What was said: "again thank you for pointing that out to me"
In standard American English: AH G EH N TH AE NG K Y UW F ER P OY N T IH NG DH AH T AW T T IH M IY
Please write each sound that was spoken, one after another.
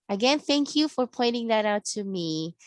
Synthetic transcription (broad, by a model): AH G EH N TH AE NG K Y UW F ER P OY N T IH NG DH AH T AW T T IH M IY